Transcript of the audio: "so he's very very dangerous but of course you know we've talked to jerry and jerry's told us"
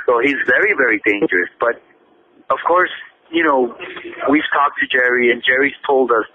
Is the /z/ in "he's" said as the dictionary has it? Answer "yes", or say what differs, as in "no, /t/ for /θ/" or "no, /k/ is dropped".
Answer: yes